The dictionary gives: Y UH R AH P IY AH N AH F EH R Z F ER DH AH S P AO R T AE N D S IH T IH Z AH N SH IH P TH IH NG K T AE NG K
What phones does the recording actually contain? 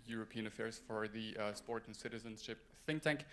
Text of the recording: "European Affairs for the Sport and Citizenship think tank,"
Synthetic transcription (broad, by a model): Y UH R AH P IY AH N AH F EH R Z F ER DH AH S P AO R T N S IH T IH Z AH N SH IH P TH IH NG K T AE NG K